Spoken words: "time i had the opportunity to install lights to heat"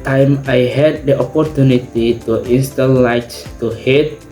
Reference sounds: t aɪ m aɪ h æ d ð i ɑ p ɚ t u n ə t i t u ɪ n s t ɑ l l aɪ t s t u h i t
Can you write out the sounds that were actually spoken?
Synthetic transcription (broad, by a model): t aɪ m aɪ h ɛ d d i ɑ p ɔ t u n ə t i t u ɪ n s t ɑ n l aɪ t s t u h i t